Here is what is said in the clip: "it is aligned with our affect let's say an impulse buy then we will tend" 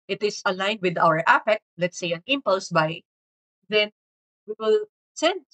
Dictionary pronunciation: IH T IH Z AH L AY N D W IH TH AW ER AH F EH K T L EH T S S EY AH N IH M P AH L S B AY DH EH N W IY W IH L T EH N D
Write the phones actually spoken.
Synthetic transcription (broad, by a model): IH T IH S AH L AY N D W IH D AW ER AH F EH K T L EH T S S EY AH N IH M P AH L S B AY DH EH N W IY W IH L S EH N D